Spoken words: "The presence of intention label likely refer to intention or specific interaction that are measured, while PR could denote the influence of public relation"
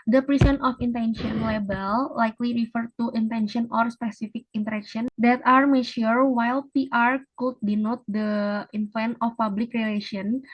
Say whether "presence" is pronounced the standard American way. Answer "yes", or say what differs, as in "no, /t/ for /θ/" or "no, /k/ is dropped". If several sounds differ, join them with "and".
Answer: no, /s/ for /z/ and /s/ is dropped